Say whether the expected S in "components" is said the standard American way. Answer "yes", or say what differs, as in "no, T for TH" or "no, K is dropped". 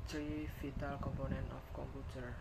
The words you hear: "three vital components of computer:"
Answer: no, S is dropped